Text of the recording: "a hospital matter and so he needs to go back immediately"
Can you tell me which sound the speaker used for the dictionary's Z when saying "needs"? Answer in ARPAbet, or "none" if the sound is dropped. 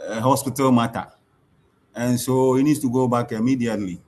S